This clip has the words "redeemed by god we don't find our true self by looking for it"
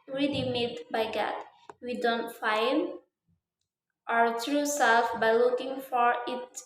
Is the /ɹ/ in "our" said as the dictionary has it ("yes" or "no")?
yes